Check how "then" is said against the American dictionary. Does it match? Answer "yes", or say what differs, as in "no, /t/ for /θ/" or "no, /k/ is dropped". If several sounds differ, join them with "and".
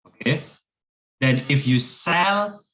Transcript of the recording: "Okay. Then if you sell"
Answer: yes